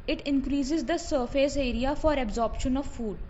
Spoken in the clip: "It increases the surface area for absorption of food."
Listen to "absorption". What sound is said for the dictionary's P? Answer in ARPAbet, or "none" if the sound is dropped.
P